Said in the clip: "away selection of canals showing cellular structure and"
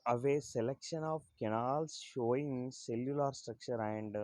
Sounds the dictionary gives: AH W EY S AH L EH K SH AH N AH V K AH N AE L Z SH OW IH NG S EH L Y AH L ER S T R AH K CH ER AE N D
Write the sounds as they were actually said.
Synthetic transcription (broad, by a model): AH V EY S AH L EH K SH AH N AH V K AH N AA L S SH OW IH NG S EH L Y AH L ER S T R AH K CH ER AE N D